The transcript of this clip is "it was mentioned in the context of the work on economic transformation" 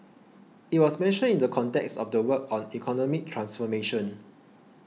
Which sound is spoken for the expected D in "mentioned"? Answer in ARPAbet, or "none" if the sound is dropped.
none